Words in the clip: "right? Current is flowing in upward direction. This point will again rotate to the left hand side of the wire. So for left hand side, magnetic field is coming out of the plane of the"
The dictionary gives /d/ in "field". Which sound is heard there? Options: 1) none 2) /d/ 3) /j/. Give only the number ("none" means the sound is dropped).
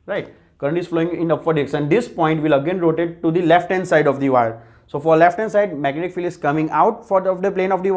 1